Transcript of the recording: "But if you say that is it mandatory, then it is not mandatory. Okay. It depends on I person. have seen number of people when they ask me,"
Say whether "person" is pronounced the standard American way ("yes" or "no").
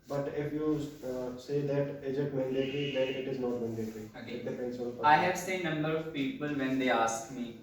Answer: no